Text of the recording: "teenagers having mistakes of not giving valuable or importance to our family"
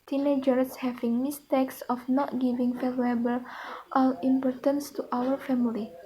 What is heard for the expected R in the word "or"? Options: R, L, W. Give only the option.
L